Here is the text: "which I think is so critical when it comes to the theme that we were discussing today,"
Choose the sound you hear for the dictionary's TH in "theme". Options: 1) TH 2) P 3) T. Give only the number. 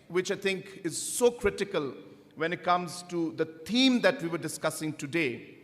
3